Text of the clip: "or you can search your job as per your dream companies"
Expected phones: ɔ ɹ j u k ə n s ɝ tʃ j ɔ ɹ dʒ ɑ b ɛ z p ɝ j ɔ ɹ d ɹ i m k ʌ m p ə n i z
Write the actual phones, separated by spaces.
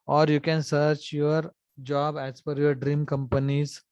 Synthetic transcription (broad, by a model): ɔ ɹ j u k ə n s ɝ tʃ j ɔ ɹ dʒ ɑ b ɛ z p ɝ j ɔ ɹ d ɹ i m k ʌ m p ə n i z